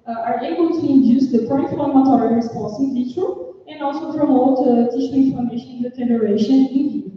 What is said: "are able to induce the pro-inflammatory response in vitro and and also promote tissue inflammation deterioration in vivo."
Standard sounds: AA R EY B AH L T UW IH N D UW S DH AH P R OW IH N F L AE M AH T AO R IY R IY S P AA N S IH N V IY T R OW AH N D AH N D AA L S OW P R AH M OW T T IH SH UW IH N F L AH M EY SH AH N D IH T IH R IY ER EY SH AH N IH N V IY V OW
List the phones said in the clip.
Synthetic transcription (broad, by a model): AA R EY B AH L T UW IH N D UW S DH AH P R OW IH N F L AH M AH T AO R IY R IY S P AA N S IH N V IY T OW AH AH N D AA L S OW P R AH M OW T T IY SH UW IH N F AH M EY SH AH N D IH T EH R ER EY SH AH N IH N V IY